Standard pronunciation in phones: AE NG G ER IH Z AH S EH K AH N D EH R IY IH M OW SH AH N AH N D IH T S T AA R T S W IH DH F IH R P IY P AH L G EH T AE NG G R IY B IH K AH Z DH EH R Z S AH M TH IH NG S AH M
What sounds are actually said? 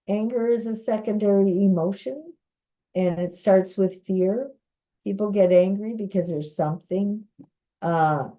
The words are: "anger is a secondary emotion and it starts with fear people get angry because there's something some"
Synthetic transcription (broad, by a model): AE NG G ER IH Z AH S EH K AH N D EH R IY IH M OW SH AH N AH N IH T S T AA R T S W IH DH F IH R P IY P L G EH T AE NG G R IY B IH K AH Z DH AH R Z S AH M TH IH NG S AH